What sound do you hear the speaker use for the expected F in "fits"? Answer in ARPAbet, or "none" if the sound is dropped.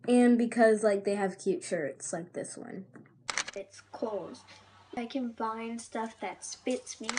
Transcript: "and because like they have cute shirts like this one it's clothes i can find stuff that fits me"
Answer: P